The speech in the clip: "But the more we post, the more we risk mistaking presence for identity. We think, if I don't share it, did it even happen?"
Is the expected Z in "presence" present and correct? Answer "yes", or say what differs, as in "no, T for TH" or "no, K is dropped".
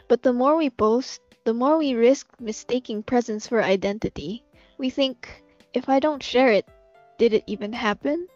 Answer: yes